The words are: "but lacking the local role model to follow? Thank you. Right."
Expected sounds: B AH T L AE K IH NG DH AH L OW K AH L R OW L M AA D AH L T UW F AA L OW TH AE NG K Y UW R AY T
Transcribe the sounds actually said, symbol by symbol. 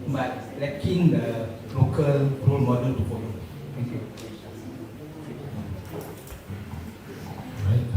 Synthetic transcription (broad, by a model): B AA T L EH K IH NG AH L OW K AH L R OW L M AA D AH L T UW P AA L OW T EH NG K Y UW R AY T